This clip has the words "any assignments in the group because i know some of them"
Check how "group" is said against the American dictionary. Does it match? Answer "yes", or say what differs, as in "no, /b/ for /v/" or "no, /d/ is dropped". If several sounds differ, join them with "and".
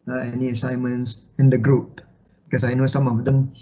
yes